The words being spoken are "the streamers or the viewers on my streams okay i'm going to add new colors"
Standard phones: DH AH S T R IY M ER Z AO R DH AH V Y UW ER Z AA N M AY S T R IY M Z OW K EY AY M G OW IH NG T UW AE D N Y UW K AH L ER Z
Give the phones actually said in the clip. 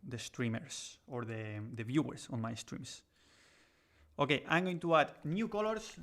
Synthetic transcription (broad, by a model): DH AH S T R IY M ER S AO R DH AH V Y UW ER S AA N M AY S T R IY M S OW K EY AY M G OW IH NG T UW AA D N Y UW K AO L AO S